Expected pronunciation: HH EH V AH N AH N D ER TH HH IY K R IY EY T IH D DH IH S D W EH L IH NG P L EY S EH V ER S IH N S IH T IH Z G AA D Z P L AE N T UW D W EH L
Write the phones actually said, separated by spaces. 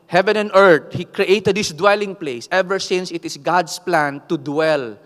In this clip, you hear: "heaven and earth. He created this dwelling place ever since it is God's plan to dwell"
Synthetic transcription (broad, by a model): HH EH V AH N AH N D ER T HH IY K R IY EY T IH D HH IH S D W EH L IH NG P L EY S EH V ER S IH N S IH T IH S G AA D S P L AE N T UW D W EH L